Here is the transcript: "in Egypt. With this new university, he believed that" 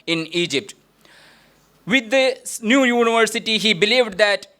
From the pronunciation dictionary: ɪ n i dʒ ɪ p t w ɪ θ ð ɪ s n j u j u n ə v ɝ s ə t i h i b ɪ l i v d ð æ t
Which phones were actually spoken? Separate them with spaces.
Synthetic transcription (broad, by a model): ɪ n i dʒ ɪ p t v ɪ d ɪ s n j u j u n ə v ɝ s ə t i h i b ɪ l i v d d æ t